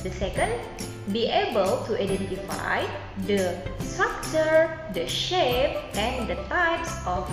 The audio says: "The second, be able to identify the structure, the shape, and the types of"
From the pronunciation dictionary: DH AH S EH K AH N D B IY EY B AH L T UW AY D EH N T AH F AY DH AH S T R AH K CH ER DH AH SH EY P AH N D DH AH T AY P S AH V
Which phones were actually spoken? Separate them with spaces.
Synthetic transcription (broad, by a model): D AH S EH K AH N D B IY EY B AH L T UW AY D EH N T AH F AY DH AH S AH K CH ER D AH SH EY P AH N D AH T AY P S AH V